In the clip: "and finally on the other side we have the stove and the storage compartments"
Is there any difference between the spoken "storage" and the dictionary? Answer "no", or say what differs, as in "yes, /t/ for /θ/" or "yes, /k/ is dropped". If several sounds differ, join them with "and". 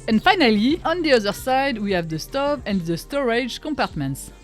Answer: no